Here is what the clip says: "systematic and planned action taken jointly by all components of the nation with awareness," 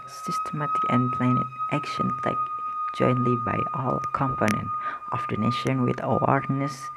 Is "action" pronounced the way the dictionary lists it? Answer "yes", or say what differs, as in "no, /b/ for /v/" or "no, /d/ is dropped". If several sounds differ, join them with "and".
yes